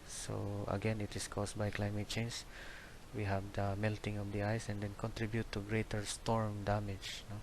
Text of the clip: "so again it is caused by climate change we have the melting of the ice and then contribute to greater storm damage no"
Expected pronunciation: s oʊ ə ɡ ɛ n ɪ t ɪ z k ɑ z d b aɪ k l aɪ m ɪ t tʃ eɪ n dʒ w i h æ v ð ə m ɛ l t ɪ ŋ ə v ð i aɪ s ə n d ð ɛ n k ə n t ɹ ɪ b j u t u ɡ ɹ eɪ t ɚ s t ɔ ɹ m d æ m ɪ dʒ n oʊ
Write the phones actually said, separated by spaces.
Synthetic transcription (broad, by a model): s oʊ ə ɡ ɛ n ɪ t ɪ s k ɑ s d b aɪ k l aɪ m ɪ t tʃ eɪ n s w i h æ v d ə m ɛ l t ɪ ŋ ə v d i aɪ s ə n d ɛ n k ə n t ɹ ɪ b j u t u ɡ ɹ eɪ t ɚ s t ɔ ɹ m d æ m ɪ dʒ n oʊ